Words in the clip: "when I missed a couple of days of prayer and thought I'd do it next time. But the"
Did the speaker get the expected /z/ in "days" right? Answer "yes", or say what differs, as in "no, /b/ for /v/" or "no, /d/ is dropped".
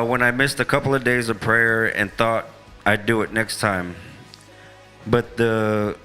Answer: yes